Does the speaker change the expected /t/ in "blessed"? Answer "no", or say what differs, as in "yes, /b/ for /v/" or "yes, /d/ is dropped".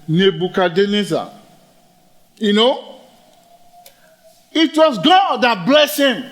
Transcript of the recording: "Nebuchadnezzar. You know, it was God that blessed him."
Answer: yes, /t/ is dropped